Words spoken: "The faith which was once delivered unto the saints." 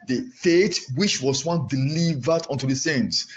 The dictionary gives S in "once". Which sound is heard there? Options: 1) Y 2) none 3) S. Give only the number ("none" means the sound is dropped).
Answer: 2